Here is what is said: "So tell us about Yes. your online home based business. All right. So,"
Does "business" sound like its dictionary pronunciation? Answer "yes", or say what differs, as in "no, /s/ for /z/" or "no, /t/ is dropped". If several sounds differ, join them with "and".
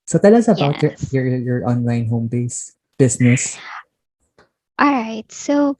no, /s/ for /z/